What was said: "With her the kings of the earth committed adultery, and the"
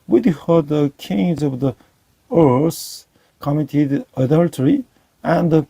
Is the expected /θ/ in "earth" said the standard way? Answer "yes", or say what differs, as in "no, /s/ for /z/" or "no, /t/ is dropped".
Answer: no, /s/ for /θ/